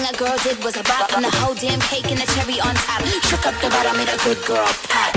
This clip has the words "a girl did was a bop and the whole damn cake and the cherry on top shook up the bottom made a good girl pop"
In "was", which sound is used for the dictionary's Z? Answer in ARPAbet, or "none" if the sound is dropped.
Z